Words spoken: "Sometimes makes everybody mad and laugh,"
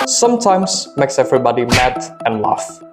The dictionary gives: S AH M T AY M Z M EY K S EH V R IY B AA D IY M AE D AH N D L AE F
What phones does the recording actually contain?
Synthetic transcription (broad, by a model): S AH M T AY M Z M EY K S EH V R IY B AA D IY M AE D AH N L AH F